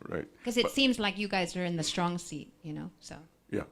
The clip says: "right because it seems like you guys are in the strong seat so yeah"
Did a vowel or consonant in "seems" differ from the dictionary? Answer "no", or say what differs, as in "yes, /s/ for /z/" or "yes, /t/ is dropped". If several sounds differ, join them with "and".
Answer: no